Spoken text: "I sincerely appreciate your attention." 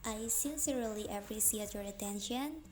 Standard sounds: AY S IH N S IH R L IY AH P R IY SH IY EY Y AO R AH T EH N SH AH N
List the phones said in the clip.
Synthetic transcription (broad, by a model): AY S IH N S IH R L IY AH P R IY S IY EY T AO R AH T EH N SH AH N